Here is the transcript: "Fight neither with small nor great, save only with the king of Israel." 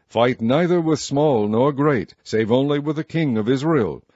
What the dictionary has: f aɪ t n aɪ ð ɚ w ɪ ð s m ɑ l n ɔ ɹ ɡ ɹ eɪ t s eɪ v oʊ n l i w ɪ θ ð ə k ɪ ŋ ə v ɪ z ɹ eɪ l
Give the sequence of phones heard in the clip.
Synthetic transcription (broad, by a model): f aɪ t n aɪ ð ɚ w ɪ ð s m ɑ l n ɔ ɹ ɡ ɹ eɪ t s eɪ v oʊ n l i w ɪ ð ə k ɪ ŋ ə v ɪ z ɹ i l